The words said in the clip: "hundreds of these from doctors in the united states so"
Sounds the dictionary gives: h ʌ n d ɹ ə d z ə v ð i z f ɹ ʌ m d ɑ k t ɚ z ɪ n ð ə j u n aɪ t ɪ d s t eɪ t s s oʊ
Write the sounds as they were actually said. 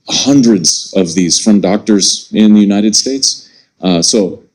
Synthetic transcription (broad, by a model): h ʌ n d ɹ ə d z ə v ð i z f ɹ ʌ m d ɑ k t ɚ z ɪ n ð ə j u n aɪ t ɪ d s t eɪ t s s oʊ